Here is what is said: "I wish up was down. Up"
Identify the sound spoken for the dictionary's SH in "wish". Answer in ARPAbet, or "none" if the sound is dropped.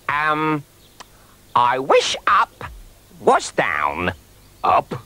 SH